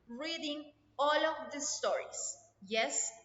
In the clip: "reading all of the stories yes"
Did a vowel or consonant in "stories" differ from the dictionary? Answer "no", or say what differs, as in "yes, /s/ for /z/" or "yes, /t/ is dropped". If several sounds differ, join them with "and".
yes, /s/ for /z/